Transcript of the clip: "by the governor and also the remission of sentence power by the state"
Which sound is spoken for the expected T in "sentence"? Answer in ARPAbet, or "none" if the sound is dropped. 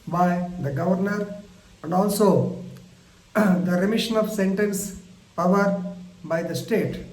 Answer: T